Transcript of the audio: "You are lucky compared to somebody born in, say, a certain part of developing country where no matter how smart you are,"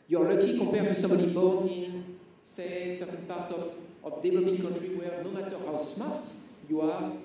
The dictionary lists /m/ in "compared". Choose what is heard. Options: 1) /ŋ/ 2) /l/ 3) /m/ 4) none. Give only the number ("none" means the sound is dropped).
4